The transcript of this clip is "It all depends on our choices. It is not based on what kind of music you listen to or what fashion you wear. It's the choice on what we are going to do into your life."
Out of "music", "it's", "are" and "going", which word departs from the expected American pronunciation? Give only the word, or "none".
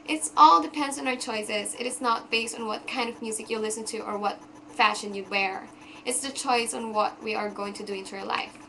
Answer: none